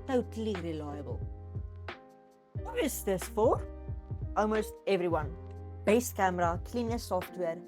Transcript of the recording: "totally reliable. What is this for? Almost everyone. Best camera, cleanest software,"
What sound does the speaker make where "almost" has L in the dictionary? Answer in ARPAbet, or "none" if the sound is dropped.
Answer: W